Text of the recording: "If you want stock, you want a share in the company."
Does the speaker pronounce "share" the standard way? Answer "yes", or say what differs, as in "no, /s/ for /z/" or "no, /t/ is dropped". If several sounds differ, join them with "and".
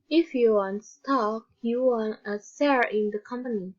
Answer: no, /s/ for /ʃ/